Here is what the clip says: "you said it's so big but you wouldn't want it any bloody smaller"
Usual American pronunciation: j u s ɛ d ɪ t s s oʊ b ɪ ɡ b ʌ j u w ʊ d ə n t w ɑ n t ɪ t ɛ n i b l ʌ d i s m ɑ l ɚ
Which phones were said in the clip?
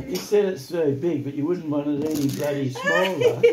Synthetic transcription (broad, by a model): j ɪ s ɛ d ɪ t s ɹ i b ɪ ɡ b ʌ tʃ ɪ w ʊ d n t w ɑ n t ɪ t ɛ n i b ʌ d i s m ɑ l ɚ